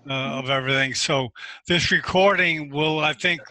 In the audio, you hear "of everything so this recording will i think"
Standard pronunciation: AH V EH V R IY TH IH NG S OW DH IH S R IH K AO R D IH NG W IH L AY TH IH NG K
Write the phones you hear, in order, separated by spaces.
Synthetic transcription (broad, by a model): AH V EH V R IY TH IH NG S OW DH IH S R IH K AO R D IH NG W IH L AY TH IH NG K